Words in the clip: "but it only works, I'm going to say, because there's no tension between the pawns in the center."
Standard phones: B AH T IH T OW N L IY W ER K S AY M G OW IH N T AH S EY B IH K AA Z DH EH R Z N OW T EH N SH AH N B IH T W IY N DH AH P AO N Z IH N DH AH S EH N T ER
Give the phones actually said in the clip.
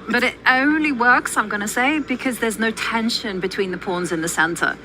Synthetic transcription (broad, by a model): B AH T IH T OW N L IY W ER K S AY M G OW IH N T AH S EY B IH K AA Z DH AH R Z N OW T EH N SH AH N B IH T W IY N DH AH P AO N Z IH N DH AH S EH N T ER